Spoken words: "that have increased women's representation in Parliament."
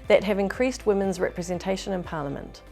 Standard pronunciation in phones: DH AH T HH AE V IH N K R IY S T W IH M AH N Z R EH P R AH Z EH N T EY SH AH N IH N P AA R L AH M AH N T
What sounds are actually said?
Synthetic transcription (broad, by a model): DH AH T HH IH V IH N K R IY S T W IH M AH N Z R EH P R AH Z EH N T EY SH AH N IH N P AA L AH M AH N T